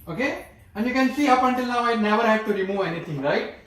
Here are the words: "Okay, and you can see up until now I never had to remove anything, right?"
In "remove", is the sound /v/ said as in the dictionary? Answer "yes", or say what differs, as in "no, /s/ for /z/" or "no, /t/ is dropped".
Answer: no, /v/ is dropped